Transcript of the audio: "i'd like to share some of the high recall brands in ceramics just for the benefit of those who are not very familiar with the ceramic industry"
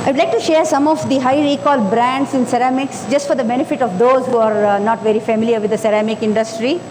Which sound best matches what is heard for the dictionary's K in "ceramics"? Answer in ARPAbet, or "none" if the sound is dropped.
K